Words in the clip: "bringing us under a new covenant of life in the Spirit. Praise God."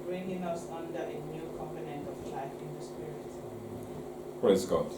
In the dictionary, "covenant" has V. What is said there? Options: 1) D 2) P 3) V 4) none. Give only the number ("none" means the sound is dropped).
2